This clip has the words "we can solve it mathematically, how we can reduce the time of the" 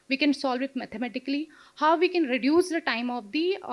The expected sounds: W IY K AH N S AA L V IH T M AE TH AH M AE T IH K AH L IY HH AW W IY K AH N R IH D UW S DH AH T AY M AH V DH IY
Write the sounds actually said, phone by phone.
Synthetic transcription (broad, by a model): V IY K AH N S AA L V IH T M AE T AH M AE T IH K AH L IY HH AW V IY K AH N R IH D UW S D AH T AY M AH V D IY